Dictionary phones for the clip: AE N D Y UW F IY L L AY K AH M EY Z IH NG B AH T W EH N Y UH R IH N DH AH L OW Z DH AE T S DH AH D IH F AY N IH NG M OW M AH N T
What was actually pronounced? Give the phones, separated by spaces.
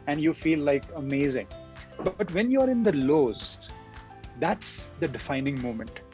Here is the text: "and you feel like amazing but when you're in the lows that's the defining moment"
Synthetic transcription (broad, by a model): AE N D Y UW F IY L L AY K AH M EY Z IH NG B AH T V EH N Y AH R IH N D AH L OW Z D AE T S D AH D IH F AY N IH NG M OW M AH N T